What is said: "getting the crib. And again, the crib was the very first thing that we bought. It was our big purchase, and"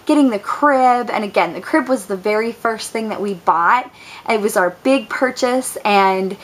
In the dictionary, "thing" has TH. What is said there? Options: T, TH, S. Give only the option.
TH